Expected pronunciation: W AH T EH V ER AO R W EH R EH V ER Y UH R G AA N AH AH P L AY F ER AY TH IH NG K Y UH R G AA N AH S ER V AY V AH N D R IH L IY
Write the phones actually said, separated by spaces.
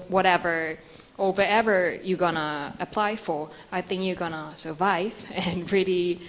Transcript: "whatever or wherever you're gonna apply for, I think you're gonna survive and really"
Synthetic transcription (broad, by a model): W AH T EH V ER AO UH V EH R EH V ER Y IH G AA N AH AH P L AY F ER AY TH IH NG K Y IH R G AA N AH S ER V AY V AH N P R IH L IY